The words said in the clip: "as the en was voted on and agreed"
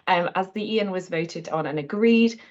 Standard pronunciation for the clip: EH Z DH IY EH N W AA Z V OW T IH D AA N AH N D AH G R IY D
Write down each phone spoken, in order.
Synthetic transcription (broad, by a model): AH Z DH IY EH N W AA Z V OW T IH D N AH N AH G R IY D